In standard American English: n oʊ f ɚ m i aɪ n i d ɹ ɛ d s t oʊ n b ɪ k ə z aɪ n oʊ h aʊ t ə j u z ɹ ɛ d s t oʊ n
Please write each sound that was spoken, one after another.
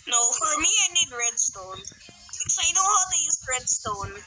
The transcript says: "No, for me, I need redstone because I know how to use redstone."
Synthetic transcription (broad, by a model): n oʊ f ɚ m i aɪ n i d ɹ ɛ d s t oʊ n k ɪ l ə ɪ n oʊ h aʊ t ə j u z ɹ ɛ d s t oʊ n